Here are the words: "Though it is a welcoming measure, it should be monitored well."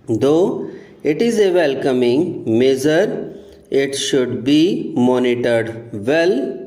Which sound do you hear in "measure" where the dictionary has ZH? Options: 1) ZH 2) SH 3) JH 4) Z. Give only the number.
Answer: 4